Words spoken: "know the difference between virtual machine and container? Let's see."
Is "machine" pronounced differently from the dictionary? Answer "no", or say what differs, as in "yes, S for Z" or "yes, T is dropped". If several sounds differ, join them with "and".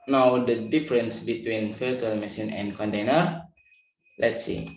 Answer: yes, S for SH